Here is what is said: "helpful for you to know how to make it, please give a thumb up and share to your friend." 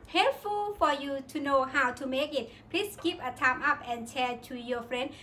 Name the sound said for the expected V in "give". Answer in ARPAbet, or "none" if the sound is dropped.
P